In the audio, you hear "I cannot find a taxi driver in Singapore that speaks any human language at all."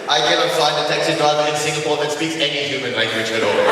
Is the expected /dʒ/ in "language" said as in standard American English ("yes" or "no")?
no